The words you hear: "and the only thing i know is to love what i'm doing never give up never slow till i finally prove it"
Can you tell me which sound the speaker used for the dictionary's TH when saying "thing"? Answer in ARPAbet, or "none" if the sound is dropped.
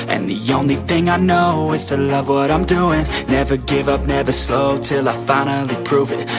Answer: TH